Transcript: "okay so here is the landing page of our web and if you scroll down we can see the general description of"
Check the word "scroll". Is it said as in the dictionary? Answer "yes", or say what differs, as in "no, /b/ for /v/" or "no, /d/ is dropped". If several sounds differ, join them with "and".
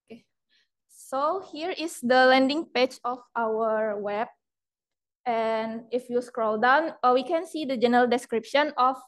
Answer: yes